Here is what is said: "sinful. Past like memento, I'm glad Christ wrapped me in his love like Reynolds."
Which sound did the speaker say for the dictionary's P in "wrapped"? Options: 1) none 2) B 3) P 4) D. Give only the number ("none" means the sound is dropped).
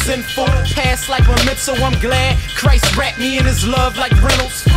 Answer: 1